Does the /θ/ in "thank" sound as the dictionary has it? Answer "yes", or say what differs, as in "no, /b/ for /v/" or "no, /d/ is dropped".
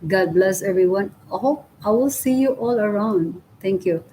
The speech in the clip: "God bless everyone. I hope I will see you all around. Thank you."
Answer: no, /t/ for /θ/